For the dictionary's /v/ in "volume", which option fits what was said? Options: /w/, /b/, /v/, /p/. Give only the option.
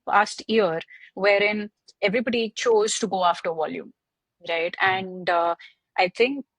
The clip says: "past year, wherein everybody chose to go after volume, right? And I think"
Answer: /v/